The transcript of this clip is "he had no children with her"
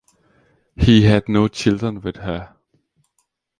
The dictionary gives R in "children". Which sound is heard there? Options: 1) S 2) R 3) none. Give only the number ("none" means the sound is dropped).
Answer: 3